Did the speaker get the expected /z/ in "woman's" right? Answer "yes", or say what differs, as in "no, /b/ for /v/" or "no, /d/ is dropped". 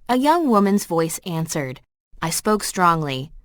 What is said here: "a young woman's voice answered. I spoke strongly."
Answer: yes